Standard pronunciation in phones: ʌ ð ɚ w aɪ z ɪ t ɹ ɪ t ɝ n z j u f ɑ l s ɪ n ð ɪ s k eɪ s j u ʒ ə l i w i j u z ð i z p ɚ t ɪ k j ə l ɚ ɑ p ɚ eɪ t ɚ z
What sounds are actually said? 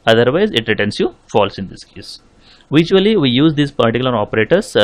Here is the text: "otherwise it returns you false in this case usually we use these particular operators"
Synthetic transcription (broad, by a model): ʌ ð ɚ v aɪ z ɪ t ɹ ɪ t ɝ n s j u f ɑ l s ɪ n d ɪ s k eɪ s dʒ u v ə l i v i j u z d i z p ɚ t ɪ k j l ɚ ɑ p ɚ eɪ t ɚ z